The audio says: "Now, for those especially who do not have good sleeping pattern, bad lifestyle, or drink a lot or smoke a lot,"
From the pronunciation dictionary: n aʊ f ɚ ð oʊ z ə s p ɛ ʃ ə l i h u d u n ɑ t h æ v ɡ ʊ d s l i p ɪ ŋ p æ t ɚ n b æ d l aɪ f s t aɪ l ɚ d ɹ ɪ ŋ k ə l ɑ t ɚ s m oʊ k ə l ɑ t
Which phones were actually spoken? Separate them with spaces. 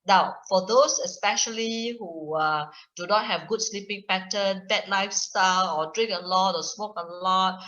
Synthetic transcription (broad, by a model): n aʊ f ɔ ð oʊ s ə s p ɛ ʃ ə l i h u d u n ɑ t h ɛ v ɡ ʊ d s l i p ɪ ŋ p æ t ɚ n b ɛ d l aɪ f s t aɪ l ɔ d ɹ ɪ ŋ k ə l ɑ t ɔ s m oʊ k ə l ɑ t